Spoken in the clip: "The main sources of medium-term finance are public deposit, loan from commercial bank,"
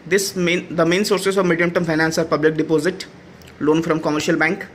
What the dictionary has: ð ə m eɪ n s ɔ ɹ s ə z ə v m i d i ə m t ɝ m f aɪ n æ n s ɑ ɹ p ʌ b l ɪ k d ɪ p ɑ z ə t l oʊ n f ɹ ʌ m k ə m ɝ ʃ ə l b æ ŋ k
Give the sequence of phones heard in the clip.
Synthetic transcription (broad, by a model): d ə m eɪ n s ɔ ɹ s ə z ə v m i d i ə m t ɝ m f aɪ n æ n s ɑ ɹ p ʌ b l ɪ k d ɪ p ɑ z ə t l oʊ n f ɹ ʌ m k ə m ɝ ʃ ə l b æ ŋ k